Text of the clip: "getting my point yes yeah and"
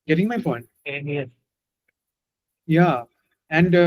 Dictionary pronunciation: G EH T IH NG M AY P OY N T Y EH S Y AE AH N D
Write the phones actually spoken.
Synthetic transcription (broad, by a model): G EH T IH NG M AY F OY N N Y EH S Y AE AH N D